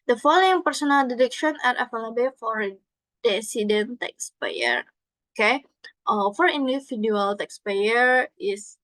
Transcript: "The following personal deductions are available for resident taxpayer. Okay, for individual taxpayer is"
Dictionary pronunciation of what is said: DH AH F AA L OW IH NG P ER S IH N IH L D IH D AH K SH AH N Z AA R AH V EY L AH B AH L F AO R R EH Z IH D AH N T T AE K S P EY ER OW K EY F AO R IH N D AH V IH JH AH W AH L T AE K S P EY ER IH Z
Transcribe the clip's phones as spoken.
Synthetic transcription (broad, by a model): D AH F AA L OW IH NG P ER S IH N IH L D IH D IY K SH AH N AA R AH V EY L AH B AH F AO R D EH S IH D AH N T T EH K S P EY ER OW K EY F AO R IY N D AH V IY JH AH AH L T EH K S P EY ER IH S